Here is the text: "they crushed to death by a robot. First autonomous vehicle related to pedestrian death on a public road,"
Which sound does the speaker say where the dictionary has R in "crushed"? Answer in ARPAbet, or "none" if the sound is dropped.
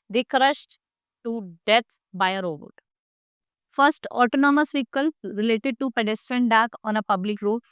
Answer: R